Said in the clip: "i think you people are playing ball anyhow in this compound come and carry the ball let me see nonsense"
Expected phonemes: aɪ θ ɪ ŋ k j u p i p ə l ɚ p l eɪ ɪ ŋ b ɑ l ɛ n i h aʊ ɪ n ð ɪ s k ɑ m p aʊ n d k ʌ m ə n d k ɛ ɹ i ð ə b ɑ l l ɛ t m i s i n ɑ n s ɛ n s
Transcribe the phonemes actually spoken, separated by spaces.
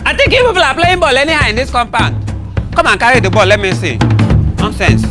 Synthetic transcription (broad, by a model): aɪ t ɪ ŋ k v p i p ə l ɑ p l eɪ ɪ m b ɑ l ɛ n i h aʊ ɪ n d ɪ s k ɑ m p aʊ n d k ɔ m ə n k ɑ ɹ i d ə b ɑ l l ɛ t m i s i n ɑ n s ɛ n s